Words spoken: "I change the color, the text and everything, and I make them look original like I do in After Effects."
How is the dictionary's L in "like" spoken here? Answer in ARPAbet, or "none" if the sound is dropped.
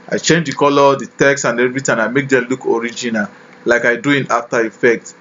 L